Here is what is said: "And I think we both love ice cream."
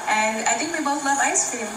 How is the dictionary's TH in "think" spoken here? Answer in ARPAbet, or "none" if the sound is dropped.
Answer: T